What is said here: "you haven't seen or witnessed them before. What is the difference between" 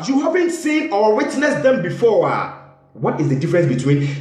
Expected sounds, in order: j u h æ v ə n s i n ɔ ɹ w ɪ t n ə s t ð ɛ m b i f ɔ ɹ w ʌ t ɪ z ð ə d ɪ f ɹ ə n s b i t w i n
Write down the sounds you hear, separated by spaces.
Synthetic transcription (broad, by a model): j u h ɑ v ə n s i n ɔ w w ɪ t n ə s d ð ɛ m b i f ɔ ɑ w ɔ t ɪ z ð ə d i f ɹ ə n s b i t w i n